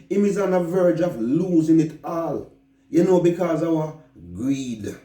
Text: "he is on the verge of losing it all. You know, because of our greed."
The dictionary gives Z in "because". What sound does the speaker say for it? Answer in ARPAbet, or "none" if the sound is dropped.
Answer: Z